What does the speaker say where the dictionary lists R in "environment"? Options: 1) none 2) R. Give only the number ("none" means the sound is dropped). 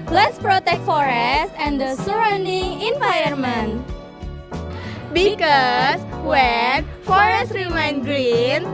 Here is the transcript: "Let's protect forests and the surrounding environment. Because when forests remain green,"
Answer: 1